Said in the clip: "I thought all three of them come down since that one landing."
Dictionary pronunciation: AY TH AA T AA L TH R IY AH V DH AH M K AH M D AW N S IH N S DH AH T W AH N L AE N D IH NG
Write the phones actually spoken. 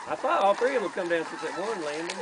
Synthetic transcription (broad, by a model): AY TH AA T AA L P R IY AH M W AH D K AH M D AW N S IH S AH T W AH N L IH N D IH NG